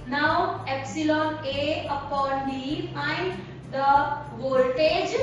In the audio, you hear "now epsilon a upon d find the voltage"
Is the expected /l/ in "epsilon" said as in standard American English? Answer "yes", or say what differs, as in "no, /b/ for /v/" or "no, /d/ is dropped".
yes